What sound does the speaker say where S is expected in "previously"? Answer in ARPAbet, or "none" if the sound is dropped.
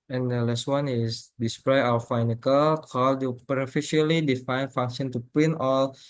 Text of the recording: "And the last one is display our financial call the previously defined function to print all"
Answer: none